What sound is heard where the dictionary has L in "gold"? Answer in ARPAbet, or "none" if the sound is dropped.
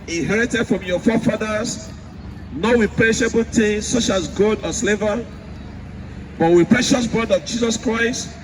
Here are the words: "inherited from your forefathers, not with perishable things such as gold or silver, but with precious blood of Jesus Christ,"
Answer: none